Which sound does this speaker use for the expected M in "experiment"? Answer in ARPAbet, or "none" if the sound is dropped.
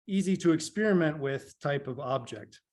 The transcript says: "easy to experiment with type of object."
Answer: M